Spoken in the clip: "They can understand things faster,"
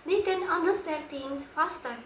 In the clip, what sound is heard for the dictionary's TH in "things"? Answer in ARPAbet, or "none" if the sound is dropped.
T